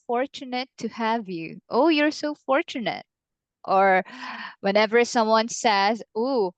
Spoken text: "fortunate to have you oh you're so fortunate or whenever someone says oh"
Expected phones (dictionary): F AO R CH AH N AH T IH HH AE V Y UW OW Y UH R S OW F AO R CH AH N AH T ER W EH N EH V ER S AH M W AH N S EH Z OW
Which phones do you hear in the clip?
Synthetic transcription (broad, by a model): F AO R CH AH N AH T IH HH AE V Y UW OW Y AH R S OW F AO R CH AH N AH T ER W EH N EH V ER S AH M W AH N S EH Z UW